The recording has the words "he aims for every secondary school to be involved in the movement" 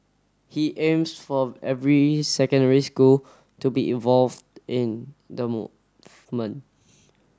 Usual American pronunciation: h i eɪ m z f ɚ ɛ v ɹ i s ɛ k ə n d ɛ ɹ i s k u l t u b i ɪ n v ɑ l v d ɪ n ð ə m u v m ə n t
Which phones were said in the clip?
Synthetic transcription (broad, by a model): h i eɪ m s f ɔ ɛ v ɹ i s ɛ k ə n d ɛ ɹ i s k u l t u b i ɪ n v ɑ l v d ɪ n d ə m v m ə n